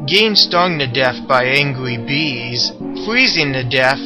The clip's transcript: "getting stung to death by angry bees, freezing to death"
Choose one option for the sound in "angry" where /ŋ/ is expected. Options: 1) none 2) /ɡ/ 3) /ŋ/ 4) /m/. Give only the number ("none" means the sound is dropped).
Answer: 3